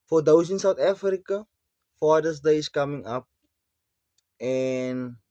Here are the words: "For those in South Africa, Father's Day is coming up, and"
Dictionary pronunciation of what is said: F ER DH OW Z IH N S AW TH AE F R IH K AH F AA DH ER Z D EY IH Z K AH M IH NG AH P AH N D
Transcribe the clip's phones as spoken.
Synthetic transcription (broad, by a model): F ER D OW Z IH N S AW T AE F R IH K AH F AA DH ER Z D EY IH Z K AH M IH NG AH P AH N